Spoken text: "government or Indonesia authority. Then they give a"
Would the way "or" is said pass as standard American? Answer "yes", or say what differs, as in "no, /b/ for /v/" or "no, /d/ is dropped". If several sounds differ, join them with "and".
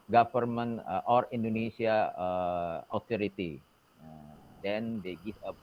yes